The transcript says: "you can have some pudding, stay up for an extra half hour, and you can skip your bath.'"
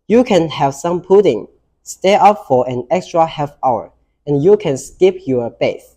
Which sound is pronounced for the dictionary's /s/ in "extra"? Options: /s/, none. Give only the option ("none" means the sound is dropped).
/s/